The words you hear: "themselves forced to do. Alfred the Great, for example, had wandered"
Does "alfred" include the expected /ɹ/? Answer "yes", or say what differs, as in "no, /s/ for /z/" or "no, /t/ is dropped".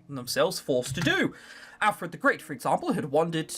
yes